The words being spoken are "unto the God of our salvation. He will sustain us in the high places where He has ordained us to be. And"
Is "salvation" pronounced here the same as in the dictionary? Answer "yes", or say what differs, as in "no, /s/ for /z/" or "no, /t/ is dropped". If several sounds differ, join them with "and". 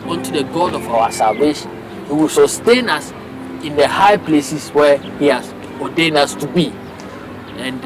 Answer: yes